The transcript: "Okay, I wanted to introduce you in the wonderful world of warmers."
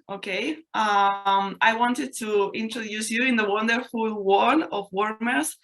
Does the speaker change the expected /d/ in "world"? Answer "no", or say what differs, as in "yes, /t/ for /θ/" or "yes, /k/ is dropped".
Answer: yes, /d/ is dropped